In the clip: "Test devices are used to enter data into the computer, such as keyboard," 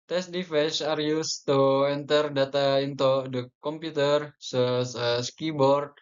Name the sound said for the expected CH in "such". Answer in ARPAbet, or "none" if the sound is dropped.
S